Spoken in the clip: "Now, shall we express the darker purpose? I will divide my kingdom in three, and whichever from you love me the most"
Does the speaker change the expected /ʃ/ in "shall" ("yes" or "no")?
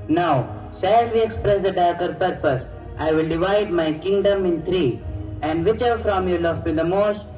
yes